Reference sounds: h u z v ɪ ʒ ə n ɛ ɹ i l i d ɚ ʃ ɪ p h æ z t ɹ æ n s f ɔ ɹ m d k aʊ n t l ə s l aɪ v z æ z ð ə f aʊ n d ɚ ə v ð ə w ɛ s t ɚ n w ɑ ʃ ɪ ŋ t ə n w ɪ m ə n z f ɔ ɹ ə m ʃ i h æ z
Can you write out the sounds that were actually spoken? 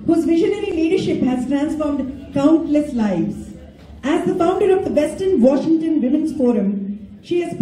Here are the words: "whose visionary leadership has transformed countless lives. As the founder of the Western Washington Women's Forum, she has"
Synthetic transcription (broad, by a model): h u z v ɪ ʒ ə n ɛ ɹ i l i d ɚ ʃ ɪ p h æ z t ɹ æ n s f ɔ ɹ m d k aʊ n t l ə s l aɪ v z æ z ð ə f aʊ n d ɚ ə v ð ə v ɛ s t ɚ n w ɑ ʃ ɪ ŋ t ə n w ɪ m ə n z f ɔ ɹ ə m ʃ i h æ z